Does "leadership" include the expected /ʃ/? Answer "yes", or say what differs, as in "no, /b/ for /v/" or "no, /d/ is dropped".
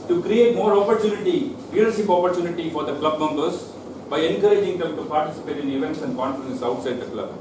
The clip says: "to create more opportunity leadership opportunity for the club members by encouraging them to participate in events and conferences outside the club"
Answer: no, /s/ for /ʃ/